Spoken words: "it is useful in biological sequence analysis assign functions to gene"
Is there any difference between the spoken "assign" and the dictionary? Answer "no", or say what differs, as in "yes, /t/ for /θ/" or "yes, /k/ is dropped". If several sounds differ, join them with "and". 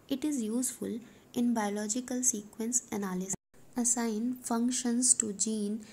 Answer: yes, /s/ is dropped